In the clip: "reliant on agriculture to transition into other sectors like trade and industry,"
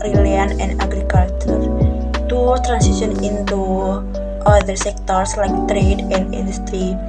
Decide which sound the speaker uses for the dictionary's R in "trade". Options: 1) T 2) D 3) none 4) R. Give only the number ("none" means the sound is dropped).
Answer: 4